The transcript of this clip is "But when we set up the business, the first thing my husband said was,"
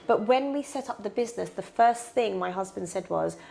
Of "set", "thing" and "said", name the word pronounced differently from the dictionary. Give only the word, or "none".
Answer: none